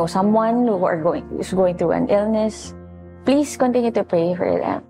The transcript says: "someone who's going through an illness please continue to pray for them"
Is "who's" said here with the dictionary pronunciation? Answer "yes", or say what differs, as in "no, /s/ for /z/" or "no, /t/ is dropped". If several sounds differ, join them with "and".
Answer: no, /s/ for /z/